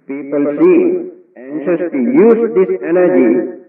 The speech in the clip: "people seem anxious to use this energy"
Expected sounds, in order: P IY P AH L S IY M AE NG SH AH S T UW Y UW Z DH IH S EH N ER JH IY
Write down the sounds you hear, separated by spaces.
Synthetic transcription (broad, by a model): P IY P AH L S IY AE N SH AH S T UW Y UW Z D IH S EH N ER JH IY